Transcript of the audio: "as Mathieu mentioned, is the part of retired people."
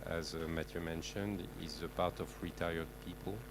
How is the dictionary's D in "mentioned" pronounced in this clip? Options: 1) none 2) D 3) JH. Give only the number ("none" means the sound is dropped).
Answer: 2